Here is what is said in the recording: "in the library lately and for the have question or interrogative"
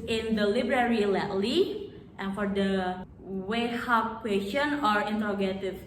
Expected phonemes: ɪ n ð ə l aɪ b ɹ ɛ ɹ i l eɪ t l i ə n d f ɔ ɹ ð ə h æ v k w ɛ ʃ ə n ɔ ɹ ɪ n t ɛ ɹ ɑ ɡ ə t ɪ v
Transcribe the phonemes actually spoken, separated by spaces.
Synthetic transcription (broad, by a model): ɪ n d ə l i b ɹ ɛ ɹ i l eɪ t l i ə n f ɔ ɹ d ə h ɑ p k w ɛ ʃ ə n ɔ ɹ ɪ n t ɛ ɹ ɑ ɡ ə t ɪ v